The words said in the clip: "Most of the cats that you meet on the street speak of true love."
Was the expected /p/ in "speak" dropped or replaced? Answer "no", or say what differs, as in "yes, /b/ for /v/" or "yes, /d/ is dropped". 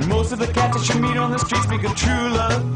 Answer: yes, /b/ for /p/